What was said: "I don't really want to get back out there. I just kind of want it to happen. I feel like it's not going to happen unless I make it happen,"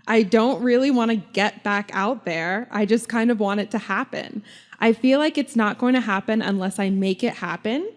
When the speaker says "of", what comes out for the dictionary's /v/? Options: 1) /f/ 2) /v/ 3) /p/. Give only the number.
2